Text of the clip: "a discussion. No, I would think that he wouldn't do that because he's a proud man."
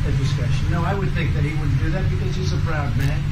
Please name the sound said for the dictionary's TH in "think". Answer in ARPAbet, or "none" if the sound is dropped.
TH